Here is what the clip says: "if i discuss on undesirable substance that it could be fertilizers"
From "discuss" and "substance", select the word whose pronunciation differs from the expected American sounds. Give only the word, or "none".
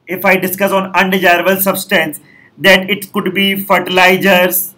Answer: none